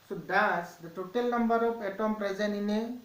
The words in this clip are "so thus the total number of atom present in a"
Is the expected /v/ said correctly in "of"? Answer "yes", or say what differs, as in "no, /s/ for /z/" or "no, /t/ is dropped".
no, /p/ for /v/